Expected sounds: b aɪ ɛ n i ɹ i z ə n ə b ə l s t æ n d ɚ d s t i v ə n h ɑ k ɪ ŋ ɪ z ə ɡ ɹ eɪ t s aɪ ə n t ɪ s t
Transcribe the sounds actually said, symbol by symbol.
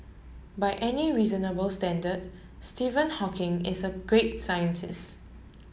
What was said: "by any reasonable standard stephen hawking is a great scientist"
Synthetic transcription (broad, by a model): b aɪ ɛ n i ɹ i z ə n ə b ə l s t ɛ n d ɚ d s t i v ə n h ɑ k ɪ ŋ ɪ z ə ɡ ɹ eɪ t s aɪ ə n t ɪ s t